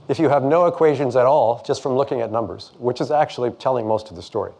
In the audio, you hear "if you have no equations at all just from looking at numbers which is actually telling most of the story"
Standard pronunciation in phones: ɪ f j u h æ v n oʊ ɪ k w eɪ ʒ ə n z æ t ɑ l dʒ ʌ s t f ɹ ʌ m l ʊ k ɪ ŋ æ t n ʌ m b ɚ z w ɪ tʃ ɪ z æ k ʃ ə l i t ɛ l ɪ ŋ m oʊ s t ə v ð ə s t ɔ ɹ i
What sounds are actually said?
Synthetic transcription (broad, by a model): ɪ f j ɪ v n oʊ ɪ k w eɪ ʒ ə n z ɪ t ɑ l dʒ ʌ s t f ɹ ʌ m l ʊ k ɪ ŋ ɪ t n ʌ m b ɚ z w ɪ tʃ ɪ z æ k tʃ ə l i t ɛ l ɪ ŋ m oʊ s t ə v ð ə s t ɔ ɹ i